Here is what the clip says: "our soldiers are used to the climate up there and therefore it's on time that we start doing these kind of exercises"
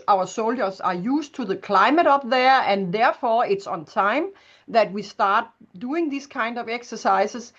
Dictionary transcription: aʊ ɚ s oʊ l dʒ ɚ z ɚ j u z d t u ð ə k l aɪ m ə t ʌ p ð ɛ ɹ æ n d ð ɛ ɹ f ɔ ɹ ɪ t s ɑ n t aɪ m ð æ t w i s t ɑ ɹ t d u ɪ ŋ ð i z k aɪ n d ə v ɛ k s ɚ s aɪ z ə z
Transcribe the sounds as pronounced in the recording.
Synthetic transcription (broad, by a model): aʊ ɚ s oʊ l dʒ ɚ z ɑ j u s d t u ð ə k l aɪ m ə t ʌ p ð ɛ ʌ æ n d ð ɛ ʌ f ɔ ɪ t s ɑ n t aɪ m ð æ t w i s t ɑ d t d u ɪ ŋ ð i s k aɪ n d ə v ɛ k s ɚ s aɪ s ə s